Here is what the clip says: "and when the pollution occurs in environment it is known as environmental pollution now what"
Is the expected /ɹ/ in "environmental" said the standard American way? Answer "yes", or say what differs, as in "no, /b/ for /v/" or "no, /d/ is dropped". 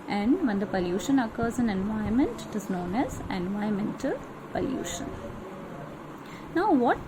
no, /ɹ/ is dropped